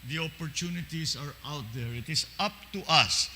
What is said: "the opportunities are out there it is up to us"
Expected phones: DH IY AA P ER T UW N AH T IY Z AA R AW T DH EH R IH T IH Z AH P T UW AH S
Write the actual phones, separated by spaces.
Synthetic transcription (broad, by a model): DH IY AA P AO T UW N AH T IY S AA R AW T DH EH R IH T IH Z AH P T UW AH S